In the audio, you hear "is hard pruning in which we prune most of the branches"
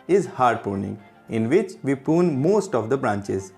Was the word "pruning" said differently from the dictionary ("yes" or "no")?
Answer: yes